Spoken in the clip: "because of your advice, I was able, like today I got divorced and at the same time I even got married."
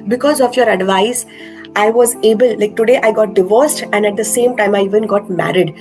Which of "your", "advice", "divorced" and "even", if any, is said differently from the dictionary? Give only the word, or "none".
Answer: none